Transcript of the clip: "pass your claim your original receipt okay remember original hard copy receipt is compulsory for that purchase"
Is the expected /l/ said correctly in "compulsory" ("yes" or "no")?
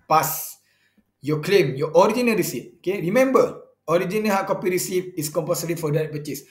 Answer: no